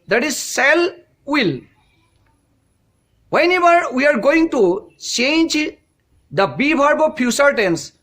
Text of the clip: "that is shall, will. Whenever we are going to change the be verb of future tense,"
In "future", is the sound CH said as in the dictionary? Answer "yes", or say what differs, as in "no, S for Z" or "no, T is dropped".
no, S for CH